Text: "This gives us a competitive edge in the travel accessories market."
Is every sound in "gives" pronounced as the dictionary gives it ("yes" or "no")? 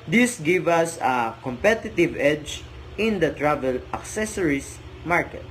no